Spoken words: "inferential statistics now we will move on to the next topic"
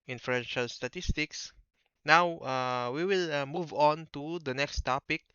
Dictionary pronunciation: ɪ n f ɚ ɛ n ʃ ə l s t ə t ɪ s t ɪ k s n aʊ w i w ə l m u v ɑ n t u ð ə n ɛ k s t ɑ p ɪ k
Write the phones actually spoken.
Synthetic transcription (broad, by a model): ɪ n f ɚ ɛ n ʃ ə l s t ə t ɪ s t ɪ k s n aʊ w i w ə l m u v ɑ n t u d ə n ɛ k s t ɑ p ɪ k